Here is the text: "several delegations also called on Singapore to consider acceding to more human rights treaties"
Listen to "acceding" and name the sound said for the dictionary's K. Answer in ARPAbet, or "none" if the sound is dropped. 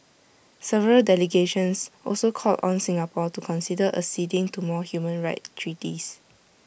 none